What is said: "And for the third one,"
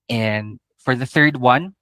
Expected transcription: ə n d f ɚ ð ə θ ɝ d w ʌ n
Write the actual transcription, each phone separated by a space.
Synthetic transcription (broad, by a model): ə n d f ɚ ð ə θ ɝ d w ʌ n